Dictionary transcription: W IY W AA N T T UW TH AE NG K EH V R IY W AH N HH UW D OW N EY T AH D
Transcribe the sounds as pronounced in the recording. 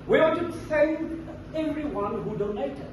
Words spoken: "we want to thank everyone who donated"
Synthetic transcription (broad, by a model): W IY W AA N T T UW S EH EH V R IY W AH N HH UW D OW N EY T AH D